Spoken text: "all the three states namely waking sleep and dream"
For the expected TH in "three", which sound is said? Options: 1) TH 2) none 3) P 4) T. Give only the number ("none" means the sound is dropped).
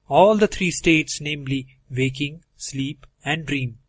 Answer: 4